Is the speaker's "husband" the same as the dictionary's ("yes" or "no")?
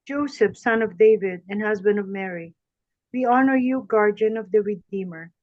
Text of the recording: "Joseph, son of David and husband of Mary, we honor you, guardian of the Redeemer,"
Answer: yes